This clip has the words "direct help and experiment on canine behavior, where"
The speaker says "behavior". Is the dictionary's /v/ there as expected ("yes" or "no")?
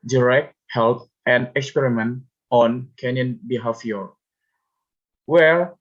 no